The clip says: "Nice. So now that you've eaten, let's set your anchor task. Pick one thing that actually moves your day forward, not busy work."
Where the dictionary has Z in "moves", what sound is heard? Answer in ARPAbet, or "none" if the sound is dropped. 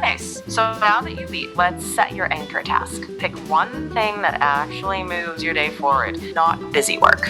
Z